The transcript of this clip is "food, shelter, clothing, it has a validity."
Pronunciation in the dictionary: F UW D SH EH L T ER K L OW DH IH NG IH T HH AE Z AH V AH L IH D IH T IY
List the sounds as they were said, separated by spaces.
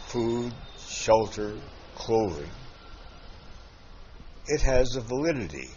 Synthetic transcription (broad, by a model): F UW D SH EH L T ER K L OW DH IH NG IH T HH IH Z AH V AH L IH D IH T IY